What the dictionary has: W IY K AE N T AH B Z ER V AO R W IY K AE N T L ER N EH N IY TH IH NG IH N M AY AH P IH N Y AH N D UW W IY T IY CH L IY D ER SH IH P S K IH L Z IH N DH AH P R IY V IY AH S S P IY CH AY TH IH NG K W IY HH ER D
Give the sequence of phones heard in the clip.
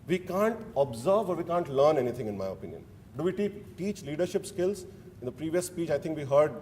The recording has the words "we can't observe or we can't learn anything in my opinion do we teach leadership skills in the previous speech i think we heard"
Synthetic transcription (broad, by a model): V IY K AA N T AH B Z ER V AO R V IY K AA N T L ER N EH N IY T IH NG IH N M AY AH P IH N Y AH N D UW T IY T IY CH L IY D ER SH IH P S K IH L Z IH N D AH P R IY V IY AH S S P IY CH AY T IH NG K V IY HH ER D